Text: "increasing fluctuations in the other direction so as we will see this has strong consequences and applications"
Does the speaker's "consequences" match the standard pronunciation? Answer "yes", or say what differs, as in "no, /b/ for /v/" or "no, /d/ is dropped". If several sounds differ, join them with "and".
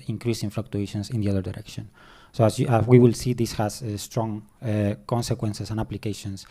no, /s/ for /z/